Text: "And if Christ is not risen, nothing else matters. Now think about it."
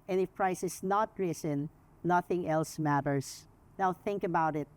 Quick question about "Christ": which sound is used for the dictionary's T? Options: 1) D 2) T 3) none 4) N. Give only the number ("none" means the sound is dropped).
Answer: 3